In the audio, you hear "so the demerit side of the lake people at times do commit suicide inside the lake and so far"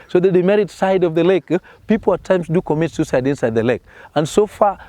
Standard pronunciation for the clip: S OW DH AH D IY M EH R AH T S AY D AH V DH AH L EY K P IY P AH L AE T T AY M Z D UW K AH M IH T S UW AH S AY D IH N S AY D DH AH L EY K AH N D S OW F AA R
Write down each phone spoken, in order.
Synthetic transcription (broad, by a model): S OW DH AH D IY M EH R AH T S AY D AH V DH AH L EY K P IY P L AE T T AY M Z D UW K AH M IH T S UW S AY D IH N S AY D DH AH L EY K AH N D S OW F AA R